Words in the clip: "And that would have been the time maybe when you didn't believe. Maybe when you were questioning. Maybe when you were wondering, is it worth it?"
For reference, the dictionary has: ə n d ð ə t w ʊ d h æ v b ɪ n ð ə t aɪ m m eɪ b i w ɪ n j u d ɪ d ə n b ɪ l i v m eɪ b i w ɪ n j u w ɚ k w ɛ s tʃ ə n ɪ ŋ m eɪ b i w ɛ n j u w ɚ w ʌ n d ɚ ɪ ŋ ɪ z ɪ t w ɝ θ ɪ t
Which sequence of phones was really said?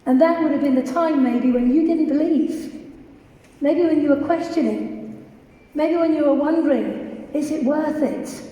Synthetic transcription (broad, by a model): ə n ð ə t w ʊ d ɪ v b ɪ n ð ə t aɪ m m eɪ b i w ɪ n j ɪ d ɪ d n b ɪ l i v m eɪ b i w ɪ n j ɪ w ɚ k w ɛ s tʃ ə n ɪ ŋ m eɪ b i w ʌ n j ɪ w ɚ w ʌ n d ɚ ɪ ŋ ɪ z ɪ t w ɝ θ ɪ t